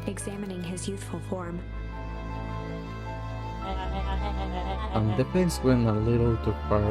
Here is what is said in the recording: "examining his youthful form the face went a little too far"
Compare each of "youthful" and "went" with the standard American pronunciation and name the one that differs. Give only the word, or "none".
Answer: went